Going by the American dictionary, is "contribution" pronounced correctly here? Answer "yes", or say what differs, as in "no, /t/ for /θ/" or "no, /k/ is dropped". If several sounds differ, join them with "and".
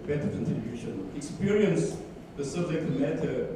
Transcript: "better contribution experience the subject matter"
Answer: no, /ɹ/ is dropped